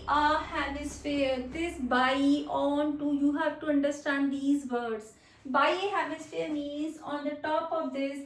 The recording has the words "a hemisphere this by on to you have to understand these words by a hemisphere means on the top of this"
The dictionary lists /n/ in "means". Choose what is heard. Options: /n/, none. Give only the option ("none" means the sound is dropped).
none